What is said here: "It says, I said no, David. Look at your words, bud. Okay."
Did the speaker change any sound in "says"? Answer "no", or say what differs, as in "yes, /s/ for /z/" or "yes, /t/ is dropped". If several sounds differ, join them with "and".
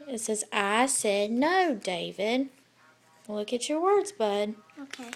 no